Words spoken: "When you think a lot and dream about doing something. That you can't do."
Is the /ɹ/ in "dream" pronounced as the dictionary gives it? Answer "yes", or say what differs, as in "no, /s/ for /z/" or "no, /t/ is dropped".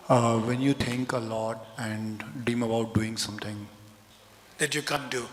no, /ɹ/ is dropped